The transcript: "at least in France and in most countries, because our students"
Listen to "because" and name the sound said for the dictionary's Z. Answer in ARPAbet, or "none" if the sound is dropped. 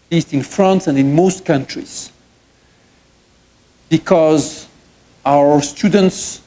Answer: Z